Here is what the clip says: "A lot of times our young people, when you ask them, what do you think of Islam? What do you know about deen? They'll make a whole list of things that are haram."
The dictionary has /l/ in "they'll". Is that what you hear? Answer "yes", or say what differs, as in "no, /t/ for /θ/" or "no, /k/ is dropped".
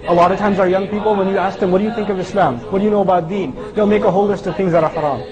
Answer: yes